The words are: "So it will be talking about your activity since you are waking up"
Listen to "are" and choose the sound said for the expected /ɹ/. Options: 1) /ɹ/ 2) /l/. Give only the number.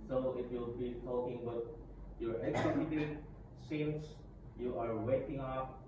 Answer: 1